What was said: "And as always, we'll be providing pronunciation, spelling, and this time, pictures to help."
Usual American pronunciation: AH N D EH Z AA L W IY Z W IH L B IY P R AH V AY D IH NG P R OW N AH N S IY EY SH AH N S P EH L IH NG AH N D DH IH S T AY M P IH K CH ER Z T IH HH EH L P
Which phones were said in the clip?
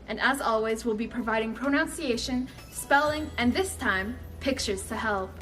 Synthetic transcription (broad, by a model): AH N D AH Z AA L W IY Z W IH L B IY P R AH V AY D IH NG P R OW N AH N S IY EY SH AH N S P EH L IH NG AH N DH IH S T AY M P IH K CH ER Z T IH HH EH L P